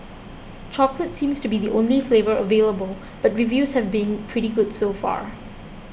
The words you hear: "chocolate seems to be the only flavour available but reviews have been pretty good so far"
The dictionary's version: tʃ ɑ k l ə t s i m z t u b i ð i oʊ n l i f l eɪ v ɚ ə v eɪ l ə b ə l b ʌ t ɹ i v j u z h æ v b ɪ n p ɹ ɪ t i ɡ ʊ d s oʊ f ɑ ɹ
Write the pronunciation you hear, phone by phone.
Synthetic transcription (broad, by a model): tʃ ɑ k l ə t s i m s t u b i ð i oʊ n l i f l eɪ v ɚ ə v eɪ l ə b ə l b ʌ t ɹ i v j u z h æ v b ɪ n p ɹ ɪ t i ɡ ʊ d s oʊ f ɑ ɹ